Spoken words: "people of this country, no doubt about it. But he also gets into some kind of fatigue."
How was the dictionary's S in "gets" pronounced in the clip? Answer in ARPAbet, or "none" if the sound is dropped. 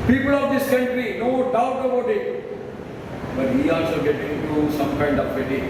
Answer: none